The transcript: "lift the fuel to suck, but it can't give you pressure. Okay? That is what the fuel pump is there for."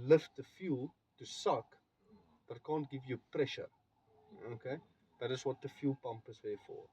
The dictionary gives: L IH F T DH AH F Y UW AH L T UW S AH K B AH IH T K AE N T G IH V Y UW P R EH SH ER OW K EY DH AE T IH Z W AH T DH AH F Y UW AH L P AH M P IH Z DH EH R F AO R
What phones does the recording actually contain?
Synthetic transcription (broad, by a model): L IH F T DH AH F Y UW L T UW S AH K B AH T K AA N T G IH V Y UW P R EH SH ER OW K EY DH AE T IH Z W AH T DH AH F Y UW L P AH M P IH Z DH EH F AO R